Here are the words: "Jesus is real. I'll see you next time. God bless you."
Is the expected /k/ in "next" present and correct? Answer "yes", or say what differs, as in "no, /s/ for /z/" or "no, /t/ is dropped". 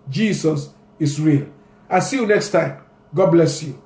yes